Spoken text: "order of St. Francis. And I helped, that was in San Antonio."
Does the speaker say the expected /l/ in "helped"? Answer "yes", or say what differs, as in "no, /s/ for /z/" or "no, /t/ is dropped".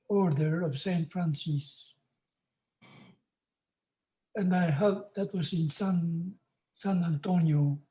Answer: no, /l/ is dropped